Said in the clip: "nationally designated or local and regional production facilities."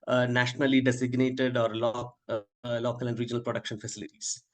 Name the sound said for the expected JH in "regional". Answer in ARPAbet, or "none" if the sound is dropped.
JH